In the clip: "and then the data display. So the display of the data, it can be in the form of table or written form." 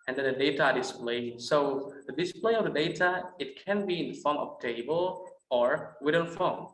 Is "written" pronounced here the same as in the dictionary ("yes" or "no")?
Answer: no